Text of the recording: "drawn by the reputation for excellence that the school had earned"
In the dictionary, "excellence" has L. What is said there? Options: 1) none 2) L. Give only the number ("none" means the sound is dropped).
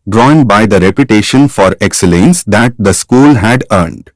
2